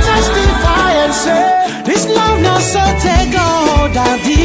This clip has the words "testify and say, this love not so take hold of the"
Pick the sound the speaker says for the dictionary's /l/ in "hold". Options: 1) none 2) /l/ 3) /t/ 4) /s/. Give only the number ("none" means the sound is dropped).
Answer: 1